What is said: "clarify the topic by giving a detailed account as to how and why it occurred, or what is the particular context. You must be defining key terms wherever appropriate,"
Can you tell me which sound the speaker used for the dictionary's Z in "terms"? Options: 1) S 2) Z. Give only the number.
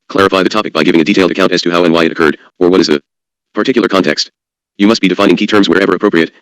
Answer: 2